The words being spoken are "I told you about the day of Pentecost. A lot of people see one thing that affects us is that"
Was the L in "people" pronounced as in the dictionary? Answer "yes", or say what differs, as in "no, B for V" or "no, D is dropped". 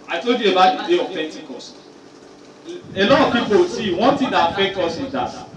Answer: no, W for L